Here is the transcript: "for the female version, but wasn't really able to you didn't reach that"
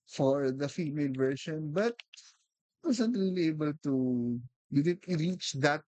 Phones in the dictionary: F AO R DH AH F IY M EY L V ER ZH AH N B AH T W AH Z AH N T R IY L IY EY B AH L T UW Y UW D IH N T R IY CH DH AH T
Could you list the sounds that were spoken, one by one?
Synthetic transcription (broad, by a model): F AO R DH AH F IY M EY L V ER SH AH N B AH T W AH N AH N T R IY L IY EY B AH L T UW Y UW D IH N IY R IY CH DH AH T